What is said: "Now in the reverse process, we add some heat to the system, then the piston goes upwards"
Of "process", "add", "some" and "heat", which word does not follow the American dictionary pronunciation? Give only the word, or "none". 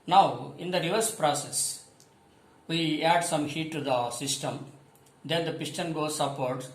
none